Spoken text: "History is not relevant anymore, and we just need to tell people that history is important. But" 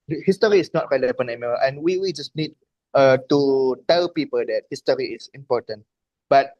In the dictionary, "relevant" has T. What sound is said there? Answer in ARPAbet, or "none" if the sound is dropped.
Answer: none